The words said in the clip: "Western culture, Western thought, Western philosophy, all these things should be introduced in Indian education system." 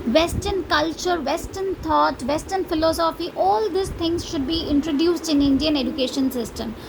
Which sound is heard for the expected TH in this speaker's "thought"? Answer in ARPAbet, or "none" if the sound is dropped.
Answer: T